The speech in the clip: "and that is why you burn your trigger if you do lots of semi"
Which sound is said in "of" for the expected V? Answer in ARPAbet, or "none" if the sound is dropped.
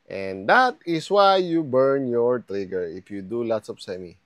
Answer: P